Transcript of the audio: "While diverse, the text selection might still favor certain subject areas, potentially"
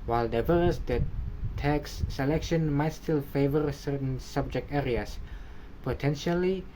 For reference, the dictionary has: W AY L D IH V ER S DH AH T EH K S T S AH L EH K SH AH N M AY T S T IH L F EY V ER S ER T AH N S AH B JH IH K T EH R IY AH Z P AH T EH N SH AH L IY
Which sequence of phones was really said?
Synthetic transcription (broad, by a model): W AY L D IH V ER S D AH T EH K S S AH L EH K SH AH N M AY T S T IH L F EY V ER S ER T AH N S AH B JH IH K T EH R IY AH S P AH T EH N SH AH L IY